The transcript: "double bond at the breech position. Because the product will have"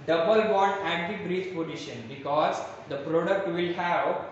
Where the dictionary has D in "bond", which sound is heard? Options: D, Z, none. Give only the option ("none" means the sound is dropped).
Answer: none